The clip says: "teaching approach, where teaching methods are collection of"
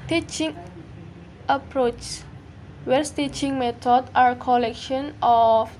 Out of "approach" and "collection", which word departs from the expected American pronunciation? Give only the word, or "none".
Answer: none